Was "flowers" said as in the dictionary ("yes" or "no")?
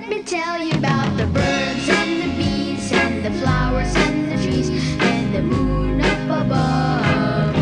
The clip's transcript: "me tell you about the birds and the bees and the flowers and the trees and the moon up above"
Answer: yes